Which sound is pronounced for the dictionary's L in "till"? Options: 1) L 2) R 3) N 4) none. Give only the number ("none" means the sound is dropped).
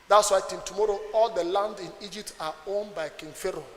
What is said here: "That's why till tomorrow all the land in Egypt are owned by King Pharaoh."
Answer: 3